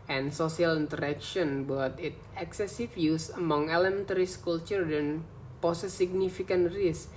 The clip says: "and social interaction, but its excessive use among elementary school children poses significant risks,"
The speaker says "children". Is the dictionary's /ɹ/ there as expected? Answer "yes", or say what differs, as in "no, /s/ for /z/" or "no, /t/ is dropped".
no, /ɹ/ is dropped